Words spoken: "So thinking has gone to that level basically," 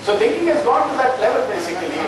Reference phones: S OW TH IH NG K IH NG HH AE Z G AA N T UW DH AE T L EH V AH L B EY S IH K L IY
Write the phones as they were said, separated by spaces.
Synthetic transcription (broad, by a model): S OW T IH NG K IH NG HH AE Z G AA N T UW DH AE T L EH V AH L B EY S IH K L IY